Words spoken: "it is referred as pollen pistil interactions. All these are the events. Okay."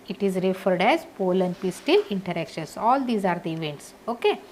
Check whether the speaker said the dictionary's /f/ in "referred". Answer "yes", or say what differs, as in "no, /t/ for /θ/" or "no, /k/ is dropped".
yes